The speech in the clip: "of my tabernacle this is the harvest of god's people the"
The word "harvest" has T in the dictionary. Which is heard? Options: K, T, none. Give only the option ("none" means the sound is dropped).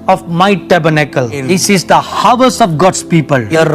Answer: none